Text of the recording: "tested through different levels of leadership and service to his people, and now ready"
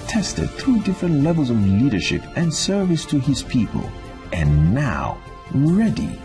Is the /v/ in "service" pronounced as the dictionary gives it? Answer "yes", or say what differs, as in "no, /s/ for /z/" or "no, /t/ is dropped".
yes